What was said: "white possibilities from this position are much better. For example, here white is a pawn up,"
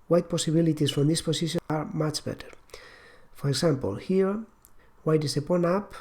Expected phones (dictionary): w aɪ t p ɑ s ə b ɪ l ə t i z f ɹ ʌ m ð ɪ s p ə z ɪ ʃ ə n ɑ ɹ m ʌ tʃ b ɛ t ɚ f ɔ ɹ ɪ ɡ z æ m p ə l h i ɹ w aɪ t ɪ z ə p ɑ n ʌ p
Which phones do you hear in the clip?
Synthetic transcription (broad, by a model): w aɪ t p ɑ s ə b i l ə t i s f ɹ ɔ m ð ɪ s p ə s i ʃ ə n ɑ ɹ m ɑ tʃ b ɛ t ɚ f ɔ ɹ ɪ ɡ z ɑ m p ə l h i ɹ w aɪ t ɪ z ə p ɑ n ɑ p